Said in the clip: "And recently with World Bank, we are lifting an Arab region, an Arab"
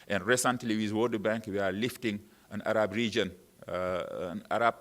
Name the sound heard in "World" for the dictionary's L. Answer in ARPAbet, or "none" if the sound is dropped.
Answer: none